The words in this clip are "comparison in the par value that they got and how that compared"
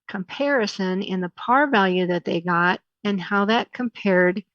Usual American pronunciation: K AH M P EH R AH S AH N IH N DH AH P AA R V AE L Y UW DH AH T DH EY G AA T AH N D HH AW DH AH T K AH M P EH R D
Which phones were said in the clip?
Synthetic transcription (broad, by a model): K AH M P EH R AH S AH N IH N DH AH P AA R V AE L Y UW DH AH T DH EY G AA T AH N HH AW DH AH T K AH M P EH R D